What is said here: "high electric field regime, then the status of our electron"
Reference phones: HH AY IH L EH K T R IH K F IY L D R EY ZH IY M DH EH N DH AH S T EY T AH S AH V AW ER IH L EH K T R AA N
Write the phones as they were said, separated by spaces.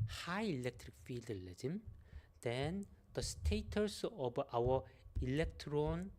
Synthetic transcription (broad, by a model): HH AY IH L EH K T R IH K F IY L D L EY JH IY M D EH N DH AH S T EY T AH S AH B AW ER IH L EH K T R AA N